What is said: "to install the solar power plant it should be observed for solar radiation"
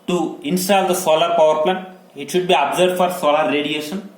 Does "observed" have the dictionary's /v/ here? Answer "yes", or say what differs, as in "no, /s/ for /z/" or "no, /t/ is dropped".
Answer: no, /v/ is dropped